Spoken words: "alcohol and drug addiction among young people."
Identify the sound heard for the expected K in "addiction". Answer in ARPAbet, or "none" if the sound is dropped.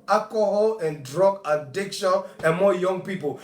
K